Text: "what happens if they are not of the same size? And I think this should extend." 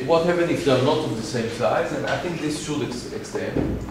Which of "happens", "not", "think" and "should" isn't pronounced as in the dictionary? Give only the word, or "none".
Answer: happens